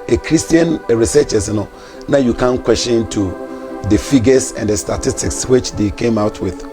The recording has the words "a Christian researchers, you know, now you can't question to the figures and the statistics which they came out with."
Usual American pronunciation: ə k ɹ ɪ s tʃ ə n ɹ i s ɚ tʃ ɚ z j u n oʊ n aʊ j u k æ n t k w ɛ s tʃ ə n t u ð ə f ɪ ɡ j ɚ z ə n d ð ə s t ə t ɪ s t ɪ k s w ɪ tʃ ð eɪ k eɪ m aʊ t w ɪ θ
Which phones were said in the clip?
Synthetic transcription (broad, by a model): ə k ɹ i s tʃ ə n ɹ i s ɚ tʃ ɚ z n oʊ n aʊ j u k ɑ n k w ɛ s ʃ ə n t u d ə f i ɡ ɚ s ə n d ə s t ə t ɪ s t ɪ k s w ɪ tʃ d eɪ k eɪ m aʊ t w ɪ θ